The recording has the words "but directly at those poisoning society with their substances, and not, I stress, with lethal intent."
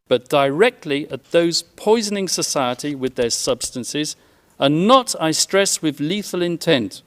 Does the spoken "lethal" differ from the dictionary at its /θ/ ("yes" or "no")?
no